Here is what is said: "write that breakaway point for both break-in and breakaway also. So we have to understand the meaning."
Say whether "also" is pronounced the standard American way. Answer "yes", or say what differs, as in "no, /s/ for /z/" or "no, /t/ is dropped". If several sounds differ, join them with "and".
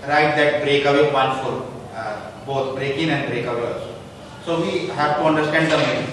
no, /l/ is dropped